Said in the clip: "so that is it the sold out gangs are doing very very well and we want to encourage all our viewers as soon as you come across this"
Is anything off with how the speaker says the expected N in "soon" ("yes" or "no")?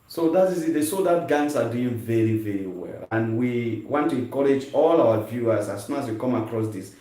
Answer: yes